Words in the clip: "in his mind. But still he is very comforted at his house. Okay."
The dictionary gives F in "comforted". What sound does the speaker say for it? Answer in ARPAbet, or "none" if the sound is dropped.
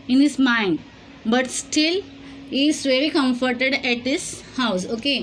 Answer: F